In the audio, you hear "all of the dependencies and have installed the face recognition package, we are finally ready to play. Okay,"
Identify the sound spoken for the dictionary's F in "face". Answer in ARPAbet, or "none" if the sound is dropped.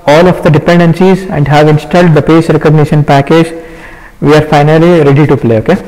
P